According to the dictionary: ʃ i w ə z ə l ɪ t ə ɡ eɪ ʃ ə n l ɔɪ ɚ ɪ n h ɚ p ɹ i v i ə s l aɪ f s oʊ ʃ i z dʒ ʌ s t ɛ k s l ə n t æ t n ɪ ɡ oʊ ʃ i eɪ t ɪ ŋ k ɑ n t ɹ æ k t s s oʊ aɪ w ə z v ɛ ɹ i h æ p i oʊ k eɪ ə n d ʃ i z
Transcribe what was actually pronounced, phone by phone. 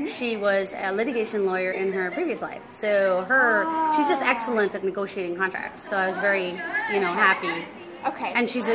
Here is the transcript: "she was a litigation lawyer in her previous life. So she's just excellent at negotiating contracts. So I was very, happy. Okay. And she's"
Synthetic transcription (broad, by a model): ʃ i w ə z ə l ɪ t ə ɡ eɪ ʃ ə n l ɔɪ ɚ ɪ n ɚ p ɹ i v i ə s l aɪ f s oʊ ʃ i z dʒ ʌ s t ɛ k s l ə n t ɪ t n ɪ ɡ oʊ ʃ i eɪ t ɪ ŋ k ɑ n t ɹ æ k t s s oʊ aɪ w ə z v ɛ ɹ i h æ p i oʊ k eɪ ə n ʃ i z